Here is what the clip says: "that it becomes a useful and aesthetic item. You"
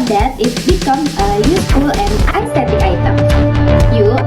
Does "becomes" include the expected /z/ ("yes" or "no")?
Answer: no